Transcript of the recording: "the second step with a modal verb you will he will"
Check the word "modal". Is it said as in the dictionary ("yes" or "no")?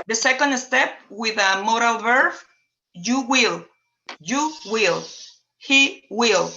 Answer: yes